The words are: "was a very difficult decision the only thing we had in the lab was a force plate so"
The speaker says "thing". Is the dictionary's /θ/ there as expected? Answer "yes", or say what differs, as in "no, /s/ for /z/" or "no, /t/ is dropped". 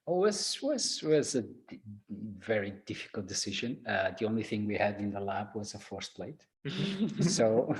yes